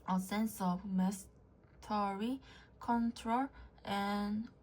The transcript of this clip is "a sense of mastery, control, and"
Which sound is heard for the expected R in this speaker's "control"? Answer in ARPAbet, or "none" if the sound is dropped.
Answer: R